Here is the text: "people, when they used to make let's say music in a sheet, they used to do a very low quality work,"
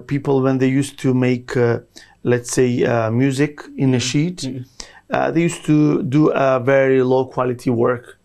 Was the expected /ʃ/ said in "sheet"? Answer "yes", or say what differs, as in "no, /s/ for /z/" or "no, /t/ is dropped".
yes